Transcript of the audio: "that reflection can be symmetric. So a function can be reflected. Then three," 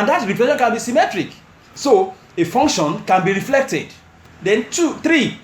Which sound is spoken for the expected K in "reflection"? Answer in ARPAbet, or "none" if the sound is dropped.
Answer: none